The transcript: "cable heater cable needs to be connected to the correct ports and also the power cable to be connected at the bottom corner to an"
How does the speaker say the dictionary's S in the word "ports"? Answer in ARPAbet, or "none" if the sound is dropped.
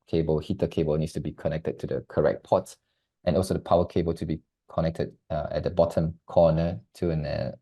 none